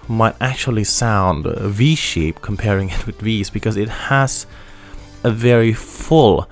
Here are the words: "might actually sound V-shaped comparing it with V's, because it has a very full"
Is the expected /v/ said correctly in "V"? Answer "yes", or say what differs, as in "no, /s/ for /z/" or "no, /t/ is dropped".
yes